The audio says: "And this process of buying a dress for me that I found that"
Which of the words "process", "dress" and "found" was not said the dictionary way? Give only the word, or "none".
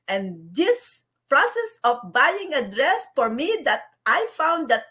none